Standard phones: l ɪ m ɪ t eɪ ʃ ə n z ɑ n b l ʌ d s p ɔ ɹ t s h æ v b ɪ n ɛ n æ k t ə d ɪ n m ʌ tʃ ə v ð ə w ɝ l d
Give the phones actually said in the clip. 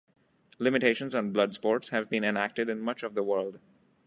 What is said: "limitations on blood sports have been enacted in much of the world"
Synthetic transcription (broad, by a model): l ɪ m ɪ t eɪ ʃ ə n z ɑ n b l ʌ d s p ɔ ɹ t s h æ v b ɪ n ɛ n æ k t ə d ɪ n m ʌ tʃ ə v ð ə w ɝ l d